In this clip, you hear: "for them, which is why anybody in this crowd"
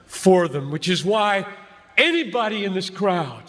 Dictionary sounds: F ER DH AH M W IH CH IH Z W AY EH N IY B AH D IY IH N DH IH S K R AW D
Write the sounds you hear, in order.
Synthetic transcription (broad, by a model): F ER DH AH M W IH CH IH Z W AY EH N IY B AH D IY IH N DH IH S K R AW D